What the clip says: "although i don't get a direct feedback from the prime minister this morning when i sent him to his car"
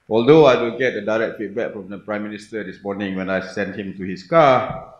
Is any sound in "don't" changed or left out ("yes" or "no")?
yes